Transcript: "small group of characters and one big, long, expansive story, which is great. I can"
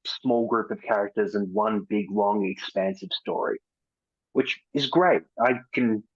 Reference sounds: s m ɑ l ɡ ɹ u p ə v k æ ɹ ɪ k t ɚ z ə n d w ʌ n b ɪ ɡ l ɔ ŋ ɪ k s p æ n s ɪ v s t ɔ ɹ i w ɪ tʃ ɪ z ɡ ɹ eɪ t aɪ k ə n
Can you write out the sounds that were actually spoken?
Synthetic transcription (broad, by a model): s m ɑ l ɡ ɹ u p ə v k æ ɹ ɪ k t ɚ z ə n w ʌ n b ɪ ɡ l ɔ ŋ ɪ k s p æ n s ɪ v s t ɔ ɹ i w ɪ tʃ ɪ z ɡ ɹ eɪ t aɪ k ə n